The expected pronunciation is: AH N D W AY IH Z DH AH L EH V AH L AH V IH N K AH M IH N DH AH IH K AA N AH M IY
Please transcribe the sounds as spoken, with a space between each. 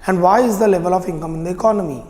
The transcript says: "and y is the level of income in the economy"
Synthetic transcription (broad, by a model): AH N D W AY IH Z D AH L EH V AH L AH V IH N K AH M IH N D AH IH K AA N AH M IY